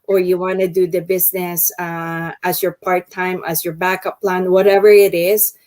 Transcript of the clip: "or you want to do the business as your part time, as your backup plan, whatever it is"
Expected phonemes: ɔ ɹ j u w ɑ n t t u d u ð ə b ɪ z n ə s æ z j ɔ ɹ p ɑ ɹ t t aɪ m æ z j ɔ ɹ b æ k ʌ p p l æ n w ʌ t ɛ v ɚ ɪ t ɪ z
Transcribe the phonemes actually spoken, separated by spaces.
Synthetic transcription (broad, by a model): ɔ ɹ j u w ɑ n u d u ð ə b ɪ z n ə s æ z j ɔ ɹ p ɑ ɹ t t aɪ m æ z j ɔ ɹ b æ k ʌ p p l æ n w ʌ t ɛ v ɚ ɪ t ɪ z